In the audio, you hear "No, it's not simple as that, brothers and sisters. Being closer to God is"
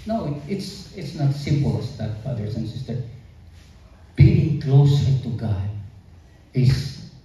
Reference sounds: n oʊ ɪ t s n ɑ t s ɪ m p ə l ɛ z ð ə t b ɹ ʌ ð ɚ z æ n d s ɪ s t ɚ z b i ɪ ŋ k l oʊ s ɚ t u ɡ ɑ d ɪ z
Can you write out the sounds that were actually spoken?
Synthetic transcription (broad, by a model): n oʊ ɪ t s n ɑ t s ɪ m p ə l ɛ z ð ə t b ɹ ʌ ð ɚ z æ n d s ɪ s t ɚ b i ɪ ŋ k l oʊ s ɚ t u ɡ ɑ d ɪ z